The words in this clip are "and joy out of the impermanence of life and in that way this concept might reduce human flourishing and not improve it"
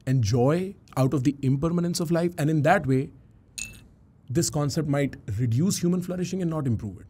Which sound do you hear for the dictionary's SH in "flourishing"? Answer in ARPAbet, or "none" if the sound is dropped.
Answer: SH